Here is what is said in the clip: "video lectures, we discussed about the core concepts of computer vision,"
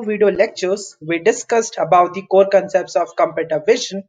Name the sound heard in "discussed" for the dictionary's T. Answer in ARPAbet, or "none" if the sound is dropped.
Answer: T